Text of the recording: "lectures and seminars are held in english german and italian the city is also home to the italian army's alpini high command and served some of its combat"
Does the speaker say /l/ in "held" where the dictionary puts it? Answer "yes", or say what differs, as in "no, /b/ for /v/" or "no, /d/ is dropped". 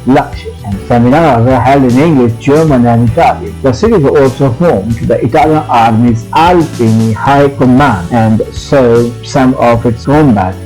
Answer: yes